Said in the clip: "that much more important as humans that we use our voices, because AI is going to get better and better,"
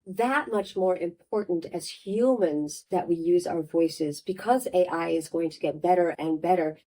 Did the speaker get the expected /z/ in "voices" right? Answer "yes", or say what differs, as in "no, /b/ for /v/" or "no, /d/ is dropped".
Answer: yes